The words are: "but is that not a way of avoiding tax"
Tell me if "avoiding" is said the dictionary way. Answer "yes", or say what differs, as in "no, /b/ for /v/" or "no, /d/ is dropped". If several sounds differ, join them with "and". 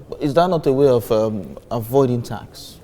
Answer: yes